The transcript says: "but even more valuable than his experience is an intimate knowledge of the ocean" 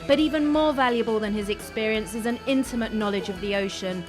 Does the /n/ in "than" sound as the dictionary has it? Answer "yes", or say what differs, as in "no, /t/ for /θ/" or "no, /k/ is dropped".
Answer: yes